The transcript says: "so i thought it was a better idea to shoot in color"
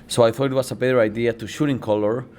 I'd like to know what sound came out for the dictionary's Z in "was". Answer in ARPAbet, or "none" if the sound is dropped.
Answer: S